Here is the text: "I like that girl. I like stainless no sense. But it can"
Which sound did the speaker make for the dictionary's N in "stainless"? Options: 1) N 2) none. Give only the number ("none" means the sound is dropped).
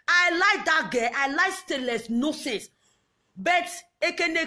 2